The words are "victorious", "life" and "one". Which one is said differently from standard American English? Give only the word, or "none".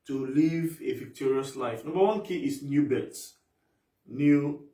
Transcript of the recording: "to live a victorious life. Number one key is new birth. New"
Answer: none